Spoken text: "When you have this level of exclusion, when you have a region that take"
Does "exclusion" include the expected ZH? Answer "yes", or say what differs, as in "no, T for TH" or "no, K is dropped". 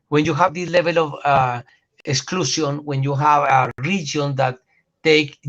no, S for ZH